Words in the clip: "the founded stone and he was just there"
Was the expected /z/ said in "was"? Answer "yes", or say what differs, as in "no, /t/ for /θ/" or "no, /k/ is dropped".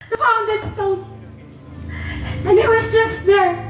yes